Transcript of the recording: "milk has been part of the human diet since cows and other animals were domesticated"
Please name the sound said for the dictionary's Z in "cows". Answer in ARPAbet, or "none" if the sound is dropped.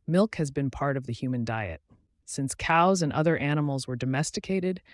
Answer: Z